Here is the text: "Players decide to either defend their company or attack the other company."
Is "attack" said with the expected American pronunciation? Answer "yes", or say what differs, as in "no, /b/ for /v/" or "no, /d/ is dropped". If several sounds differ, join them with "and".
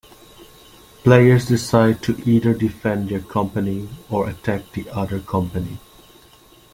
yes